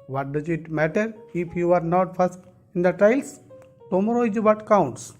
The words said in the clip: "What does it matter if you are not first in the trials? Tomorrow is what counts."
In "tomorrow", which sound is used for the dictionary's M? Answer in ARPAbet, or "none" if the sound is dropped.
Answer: M